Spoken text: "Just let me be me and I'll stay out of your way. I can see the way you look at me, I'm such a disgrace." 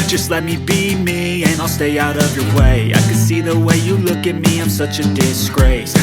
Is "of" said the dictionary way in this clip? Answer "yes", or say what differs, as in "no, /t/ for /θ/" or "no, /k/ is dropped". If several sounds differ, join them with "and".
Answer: yes